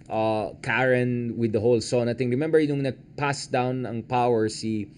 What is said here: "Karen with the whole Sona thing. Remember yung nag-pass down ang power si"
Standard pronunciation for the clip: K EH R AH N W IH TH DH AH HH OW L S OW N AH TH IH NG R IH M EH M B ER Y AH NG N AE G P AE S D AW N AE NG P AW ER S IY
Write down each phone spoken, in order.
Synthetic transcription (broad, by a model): K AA R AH N W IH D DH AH HH OW L S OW N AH T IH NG R IH M EH M B ER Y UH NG N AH G P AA S D AW N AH NG P AW ER S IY